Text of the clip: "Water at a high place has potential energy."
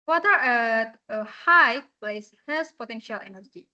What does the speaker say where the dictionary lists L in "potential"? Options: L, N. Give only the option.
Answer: L